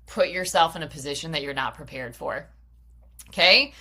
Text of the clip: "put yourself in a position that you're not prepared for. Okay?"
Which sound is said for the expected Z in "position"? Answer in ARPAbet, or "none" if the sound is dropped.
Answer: Z